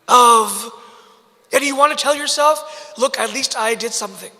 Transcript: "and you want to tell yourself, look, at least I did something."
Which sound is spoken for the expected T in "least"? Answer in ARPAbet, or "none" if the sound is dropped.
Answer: T